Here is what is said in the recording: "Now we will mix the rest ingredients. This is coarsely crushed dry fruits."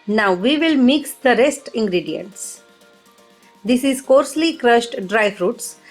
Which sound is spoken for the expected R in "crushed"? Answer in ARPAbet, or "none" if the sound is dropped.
R